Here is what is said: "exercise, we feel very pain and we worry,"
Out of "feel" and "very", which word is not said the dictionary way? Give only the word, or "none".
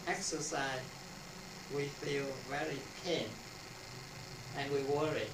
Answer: none